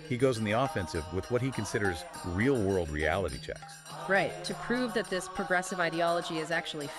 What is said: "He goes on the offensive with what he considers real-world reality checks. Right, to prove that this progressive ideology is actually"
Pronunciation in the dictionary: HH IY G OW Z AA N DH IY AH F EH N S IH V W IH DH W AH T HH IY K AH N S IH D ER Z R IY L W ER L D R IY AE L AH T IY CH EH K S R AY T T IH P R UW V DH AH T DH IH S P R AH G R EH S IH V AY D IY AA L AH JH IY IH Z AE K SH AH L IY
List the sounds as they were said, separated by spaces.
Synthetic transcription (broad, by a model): HH IY G OW Z N DH IY AH F EH N S IH V W IH DH W AH T HH IY K AH N S IH D ER Z R IY L W ER L D R IY AE L AH T IY CH EH K S R AY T T IH P R UW V DH AH T DH IH S P R AH G R EH S IH V AY D IY AA L AH JH IY IH Z AE K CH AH L IY